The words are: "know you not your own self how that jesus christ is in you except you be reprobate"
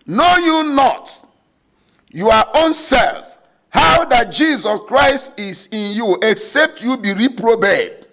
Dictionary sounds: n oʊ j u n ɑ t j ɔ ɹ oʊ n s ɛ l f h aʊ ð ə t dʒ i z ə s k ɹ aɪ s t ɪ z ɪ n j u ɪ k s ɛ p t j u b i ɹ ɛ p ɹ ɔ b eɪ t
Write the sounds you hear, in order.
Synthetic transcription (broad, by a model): n oʊ j u n ɑ t j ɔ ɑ oʊ n s ɛ l f h aʊ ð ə t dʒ i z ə s k ɹ aɪ s t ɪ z ɪ n j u ɪ k s ɛ p t j u b i ɹ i p ɹ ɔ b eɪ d